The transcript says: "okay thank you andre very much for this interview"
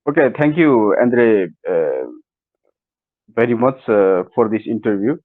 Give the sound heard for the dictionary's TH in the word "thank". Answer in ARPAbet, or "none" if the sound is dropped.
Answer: T